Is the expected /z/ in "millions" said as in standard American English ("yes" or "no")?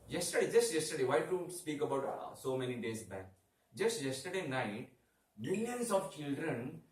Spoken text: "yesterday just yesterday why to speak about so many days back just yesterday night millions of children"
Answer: no